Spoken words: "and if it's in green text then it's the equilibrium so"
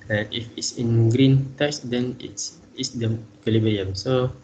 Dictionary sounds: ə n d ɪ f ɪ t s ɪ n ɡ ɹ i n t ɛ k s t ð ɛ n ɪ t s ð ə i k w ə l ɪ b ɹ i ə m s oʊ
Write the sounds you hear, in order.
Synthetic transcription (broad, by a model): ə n ɪ f ɪ t s ɪ n ɡ ɹ i n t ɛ s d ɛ n ɪ t s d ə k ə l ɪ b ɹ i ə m s oʊ